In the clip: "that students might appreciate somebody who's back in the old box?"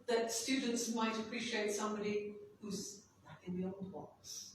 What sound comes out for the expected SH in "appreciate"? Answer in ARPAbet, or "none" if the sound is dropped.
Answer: SH